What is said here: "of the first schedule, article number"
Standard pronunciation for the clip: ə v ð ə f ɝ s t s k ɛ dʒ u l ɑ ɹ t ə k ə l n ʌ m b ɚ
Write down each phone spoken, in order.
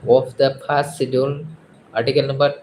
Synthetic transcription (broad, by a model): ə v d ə p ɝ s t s i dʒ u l ɑ ɹ t ə k ə l n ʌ m b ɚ